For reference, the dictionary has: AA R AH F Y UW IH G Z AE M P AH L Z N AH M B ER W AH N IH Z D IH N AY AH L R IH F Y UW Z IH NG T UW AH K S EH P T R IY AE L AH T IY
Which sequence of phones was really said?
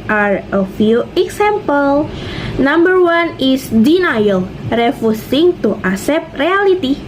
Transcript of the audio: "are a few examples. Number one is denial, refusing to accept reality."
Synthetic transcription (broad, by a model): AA R AH F Y UW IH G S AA M P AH L N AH M B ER W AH N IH S D IH N AY AH L R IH F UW S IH NG T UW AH S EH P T R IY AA L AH T IY